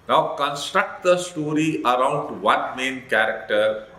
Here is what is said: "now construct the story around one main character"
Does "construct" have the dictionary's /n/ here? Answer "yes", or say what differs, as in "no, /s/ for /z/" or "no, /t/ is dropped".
yes